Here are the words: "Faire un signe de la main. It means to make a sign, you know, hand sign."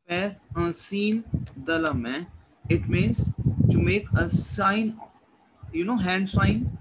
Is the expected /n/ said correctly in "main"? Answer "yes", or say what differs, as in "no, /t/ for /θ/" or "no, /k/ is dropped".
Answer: no, /n/ is dropped